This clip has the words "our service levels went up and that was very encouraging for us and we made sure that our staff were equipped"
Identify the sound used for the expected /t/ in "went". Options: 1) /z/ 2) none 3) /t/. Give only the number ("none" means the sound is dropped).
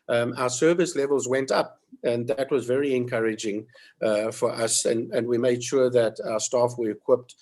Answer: 3